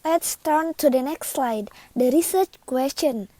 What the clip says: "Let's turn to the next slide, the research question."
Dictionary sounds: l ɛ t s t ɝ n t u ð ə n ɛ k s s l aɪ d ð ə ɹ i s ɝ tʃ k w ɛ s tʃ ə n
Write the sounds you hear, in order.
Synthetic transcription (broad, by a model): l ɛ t s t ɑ n t u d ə n ɛ k s s l aɪ d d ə ɹ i s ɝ tʃ k w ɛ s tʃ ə n